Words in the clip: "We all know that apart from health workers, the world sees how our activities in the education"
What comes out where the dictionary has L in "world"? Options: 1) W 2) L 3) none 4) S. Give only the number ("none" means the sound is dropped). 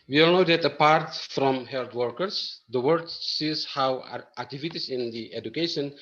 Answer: 3